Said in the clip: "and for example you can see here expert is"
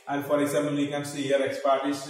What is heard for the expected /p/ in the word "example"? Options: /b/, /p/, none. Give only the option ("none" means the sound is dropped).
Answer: none